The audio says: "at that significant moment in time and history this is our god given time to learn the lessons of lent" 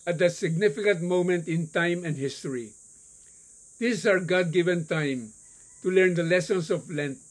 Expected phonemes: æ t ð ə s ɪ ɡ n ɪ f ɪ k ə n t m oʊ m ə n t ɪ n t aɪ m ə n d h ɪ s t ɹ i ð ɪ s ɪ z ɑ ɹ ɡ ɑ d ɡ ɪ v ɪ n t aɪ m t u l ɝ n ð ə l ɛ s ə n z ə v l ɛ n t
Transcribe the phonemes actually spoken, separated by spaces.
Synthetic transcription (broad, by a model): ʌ t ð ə s ɪ ɡ n ɪ f ɪ k ə n t m oʊ m ə n t ɪ n t aɪ m ə n d h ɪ s t i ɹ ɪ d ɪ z ɑ ɹ ɡ ɑ d ɡ ɪ v ɪ n t aɪ m t u l ɝ n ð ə l ɛ s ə n s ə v l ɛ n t